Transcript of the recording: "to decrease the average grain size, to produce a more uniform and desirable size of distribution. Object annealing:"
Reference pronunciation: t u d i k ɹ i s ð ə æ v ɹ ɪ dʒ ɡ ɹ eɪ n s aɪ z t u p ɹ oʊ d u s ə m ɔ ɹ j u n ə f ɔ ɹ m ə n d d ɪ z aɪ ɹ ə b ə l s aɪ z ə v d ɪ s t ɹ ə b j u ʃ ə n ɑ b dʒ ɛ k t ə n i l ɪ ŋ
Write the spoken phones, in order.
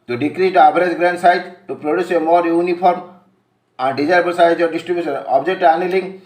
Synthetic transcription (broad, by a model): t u d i k ɹ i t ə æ b ɹ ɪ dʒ ɡ ɹ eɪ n s aɪ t t u p ɹ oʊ d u s ə m ɔ ɹ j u n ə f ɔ ɹ m ə n d d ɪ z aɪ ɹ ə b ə l s aɪ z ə d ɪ s t ɹ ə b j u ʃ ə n ɑ b dʒ ɛ k t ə n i l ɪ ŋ